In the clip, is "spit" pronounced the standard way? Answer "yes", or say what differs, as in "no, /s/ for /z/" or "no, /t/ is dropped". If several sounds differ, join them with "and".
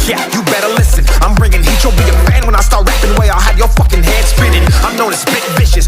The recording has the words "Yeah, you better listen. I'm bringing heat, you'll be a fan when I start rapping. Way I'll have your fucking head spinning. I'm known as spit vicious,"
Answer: no, /b/ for /p/